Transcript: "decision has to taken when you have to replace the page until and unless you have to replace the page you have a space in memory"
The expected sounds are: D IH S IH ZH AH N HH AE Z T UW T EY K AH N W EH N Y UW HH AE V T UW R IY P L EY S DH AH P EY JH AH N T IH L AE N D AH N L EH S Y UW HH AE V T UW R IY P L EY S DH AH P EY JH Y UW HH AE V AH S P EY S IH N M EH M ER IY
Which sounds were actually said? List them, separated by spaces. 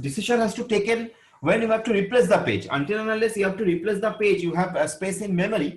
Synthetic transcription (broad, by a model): D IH S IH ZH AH N HH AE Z T UW T EY K AH N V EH N Y UW HH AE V T UW R IY P L EY S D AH P EY JH AH N T IH L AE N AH L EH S Y UW HH AE V T UW R IY P L EY S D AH P EY JH Y UW HH AE V AH S P EY S IH N M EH M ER IY